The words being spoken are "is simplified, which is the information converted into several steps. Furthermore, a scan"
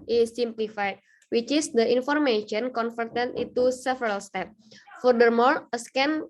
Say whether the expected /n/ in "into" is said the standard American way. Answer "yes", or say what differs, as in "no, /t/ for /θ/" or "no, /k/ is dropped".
no, /n/ is dropped